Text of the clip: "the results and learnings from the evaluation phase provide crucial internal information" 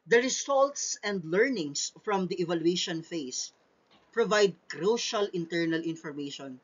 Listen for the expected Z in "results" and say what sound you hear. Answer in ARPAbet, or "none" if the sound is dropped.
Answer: S